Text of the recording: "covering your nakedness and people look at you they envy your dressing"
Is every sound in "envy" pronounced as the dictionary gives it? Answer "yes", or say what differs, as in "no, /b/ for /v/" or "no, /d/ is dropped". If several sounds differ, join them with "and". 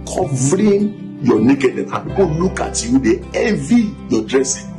no, /n/ is dropped